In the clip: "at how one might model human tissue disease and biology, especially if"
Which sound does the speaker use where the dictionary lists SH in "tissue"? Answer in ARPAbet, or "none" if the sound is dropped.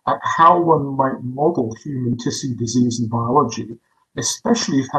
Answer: S